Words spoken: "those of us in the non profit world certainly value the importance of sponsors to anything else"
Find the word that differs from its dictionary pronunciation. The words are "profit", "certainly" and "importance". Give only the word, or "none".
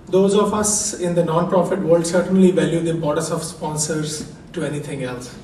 importance